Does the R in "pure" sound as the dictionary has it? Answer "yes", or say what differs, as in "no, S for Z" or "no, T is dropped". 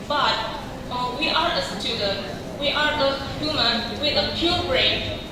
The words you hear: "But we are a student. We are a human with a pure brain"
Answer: no, L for R